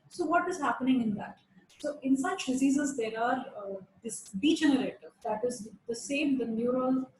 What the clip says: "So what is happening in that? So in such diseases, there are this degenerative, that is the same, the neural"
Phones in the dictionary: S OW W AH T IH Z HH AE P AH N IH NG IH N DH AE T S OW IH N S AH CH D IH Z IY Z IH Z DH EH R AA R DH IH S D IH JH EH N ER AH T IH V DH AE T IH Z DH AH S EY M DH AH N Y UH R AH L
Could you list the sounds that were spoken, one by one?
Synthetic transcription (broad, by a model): S OW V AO T IH Z HH AE P AH N IH NG IH N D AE T S OW IH N S AH CH D IH Z IY Z IH Z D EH R AA R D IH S D IH JH EH N ER AH T IH V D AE T IH Z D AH S EY M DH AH N Y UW R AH L